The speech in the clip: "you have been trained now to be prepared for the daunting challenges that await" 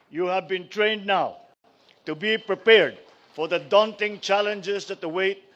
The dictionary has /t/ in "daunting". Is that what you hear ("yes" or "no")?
yes